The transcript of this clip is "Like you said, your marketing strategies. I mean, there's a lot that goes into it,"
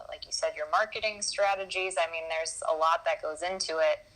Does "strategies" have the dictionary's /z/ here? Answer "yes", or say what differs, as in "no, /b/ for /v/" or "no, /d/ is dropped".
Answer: yes